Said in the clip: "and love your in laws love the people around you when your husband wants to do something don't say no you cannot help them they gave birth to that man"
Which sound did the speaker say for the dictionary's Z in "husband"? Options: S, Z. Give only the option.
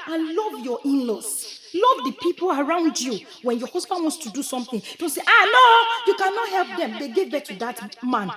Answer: S